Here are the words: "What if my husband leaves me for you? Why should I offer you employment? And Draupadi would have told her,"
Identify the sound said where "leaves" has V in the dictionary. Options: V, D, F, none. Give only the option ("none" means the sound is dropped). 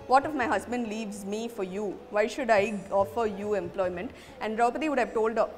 V